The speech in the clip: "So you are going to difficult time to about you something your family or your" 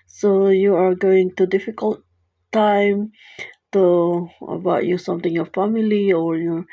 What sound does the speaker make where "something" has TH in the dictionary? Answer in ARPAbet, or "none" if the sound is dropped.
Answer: T